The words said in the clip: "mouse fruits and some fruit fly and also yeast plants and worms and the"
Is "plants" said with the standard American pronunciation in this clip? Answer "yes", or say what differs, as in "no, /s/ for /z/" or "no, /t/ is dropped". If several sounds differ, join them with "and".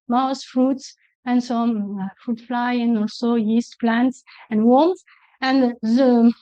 yes